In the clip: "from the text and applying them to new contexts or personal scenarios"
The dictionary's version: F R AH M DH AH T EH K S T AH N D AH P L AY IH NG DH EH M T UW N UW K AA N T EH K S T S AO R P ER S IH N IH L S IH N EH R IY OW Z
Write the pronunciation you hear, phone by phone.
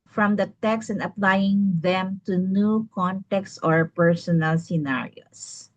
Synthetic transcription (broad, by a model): F R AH M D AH T EH K S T AH N D AH P L AY IH NG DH EH M T UW N UW K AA N T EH K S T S AO R P ER S IH N IH L S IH N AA R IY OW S